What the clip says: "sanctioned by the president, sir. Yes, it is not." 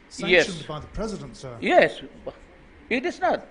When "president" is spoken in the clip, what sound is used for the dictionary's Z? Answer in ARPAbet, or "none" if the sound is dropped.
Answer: Z